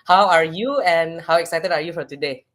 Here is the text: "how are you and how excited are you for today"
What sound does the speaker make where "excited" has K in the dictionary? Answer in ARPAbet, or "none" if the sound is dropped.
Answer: K